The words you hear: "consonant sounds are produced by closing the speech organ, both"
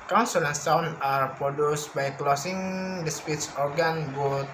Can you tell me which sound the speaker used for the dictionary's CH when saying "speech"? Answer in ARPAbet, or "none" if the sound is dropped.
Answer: S